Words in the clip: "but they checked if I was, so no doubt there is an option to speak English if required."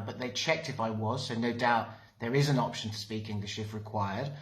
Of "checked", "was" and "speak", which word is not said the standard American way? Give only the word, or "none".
none